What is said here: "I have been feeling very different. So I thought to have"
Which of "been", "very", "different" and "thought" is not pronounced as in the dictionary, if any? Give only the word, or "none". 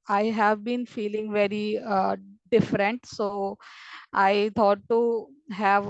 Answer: thought